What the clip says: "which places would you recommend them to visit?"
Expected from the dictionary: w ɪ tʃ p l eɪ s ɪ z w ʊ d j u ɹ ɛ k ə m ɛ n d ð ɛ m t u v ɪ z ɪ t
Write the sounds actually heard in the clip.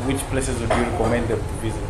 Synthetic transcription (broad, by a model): w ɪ tʃ p l eɪ s ɪ z w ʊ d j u ɹ ɛ k ə m ɛ n d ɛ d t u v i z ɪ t